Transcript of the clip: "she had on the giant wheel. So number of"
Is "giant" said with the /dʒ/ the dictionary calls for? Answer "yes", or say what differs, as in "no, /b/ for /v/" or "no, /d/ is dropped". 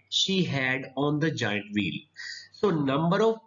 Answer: yes